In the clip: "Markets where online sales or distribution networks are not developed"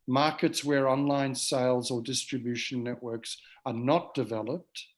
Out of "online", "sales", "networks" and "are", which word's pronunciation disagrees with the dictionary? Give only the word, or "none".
none